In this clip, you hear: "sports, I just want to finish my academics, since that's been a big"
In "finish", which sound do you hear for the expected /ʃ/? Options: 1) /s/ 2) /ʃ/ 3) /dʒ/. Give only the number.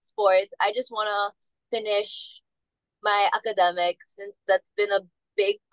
2